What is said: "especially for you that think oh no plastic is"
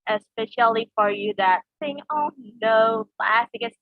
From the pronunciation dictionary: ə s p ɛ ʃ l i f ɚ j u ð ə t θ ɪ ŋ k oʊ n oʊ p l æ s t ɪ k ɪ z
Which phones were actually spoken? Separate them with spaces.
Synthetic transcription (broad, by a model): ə s p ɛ ʃ l i f ɚ j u ð ə t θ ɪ ŋ oʊ n oʊ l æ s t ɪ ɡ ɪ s